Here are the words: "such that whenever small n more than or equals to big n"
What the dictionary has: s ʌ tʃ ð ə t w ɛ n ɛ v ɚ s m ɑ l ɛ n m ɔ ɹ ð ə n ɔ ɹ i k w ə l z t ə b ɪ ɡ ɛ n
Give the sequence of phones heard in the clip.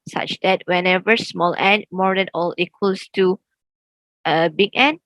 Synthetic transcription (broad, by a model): s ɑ tʃ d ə t w ɛ n ɛ v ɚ s m ɑ l ɛ n m ɔ ɹ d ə n ɔ l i k w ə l s t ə b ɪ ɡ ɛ n